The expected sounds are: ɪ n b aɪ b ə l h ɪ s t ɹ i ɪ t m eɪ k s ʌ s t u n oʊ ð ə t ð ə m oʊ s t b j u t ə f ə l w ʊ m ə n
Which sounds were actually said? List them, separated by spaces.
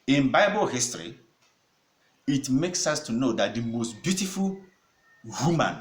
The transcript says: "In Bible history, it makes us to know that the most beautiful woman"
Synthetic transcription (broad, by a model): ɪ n b aɪ b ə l h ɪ s t ɹ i ɪ t m eɪ k s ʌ s t u n oʊ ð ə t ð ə m oʊ s t b j u t ə f ə l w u m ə n